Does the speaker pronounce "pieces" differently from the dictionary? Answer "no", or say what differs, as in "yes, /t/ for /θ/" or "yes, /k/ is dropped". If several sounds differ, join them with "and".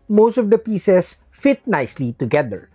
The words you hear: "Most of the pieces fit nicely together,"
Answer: yes, /s/ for /z/